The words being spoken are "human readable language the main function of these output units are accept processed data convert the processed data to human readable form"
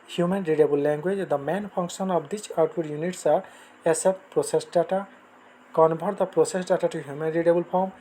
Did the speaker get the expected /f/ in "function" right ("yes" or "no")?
no